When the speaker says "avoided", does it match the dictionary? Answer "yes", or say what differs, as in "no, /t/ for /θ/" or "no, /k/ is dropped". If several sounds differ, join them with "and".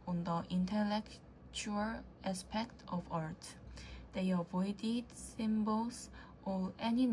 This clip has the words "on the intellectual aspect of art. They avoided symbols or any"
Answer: yes